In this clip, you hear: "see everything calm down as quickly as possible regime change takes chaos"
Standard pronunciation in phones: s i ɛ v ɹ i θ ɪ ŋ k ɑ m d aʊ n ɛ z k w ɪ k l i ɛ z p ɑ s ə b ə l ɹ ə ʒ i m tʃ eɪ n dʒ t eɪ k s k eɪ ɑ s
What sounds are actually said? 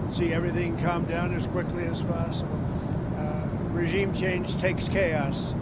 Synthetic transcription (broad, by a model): s i ɛ v ɹ i θ ɪ ŋ k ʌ m d aʊ n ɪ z k w ɪ k l i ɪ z p ɑ s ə b l ɹ ə ʒ i m tʃ eɪ n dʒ t eɪ k s k eɪ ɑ s